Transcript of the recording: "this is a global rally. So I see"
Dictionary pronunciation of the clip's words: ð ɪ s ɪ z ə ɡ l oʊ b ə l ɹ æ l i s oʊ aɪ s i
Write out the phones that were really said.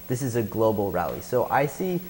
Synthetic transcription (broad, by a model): ð ɪ s ɪ z ə ɡ l oʊ b l ɹ æ l i s oʊ aɪ s i